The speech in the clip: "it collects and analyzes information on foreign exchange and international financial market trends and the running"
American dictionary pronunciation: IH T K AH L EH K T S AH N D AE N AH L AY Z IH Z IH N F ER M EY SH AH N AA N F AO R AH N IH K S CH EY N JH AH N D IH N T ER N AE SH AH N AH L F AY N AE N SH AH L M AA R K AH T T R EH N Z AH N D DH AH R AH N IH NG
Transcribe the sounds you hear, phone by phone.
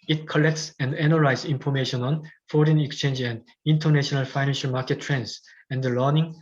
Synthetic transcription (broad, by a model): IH T K AH L EH K T S AH N D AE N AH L AY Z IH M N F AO M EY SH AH N AA N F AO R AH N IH K S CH EY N JH AH N D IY N T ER N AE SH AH N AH L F AY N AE N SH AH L M AA K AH T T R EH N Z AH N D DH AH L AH N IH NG